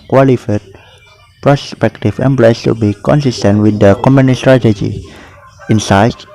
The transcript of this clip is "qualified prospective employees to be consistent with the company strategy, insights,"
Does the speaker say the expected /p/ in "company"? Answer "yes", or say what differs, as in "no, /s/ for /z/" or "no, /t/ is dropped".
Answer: no, /p/ is dropped